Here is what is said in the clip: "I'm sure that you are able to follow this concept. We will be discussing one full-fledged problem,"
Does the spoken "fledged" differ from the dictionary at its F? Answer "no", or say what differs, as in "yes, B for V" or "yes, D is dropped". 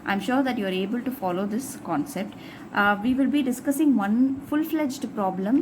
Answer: no